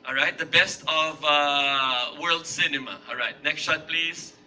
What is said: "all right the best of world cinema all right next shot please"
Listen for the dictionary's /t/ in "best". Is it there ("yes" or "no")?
yes